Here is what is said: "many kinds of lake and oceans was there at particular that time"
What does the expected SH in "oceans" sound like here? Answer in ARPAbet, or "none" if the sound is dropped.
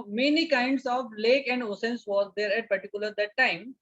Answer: S